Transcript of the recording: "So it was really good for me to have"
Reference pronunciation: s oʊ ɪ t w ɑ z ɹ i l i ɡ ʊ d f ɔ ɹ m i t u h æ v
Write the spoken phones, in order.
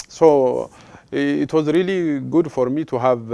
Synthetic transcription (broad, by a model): s oʊ ɪ t w ɑ z ɹ i l i ɡ ʊ d f ɔ ɹ m i t u h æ v